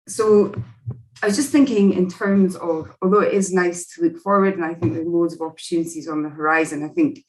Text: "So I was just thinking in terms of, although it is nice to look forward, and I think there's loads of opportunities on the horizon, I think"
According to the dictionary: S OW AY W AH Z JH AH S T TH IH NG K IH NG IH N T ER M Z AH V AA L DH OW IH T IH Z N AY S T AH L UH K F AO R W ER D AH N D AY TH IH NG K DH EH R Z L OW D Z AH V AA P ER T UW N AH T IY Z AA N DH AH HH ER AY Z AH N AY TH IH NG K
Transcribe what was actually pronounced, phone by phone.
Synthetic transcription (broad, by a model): S OW AY W AH Z JH AH S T TH IH NG K IH NG IH N T ER M Z AH V AA L DH OW IH T IH Z N AY S T AH L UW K F AO R W ER D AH N AY TH IH NG K DH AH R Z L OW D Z AH V AA P ER T UW N AH T IY Z N DH AH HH ER AY Z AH N AY TH IH NG K